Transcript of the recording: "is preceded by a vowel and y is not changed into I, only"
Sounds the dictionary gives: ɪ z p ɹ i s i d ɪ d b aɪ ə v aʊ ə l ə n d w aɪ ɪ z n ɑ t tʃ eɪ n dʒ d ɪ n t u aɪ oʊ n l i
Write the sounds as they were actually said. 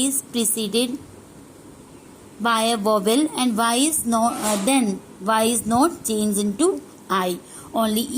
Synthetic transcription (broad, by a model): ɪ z p ɹ i s i d ɪ d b aɪ ə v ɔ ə l ə n d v aɪ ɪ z n ɑ t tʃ eɪ n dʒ ɪ n t u aɪ oʊ n l i